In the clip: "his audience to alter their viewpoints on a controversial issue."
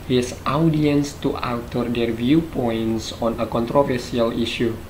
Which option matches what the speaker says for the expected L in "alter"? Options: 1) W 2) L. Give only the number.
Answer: 1